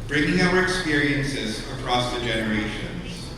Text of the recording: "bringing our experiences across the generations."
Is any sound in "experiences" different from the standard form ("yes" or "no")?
no